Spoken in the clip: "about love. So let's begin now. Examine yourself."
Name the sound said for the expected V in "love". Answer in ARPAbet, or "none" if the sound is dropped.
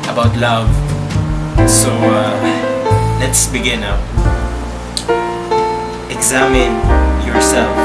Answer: V